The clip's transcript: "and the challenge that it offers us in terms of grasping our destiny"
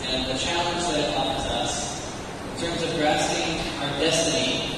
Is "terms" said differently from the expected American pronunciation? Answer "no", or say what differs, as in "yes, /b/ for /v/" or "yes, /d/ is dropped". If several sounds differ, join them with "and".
no